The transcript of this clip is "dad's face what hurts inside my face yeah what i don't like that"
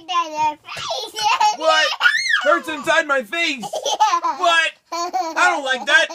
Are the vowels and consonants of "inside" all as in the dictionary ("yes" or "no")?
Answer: yes